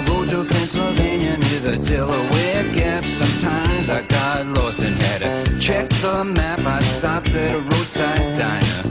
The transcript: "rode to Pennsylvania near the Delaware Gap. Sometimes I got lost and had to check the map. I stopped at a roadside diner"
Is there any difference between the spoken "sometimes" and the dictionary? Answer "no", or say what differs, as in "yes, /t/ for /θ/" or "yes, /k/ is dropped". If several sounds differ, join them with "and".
no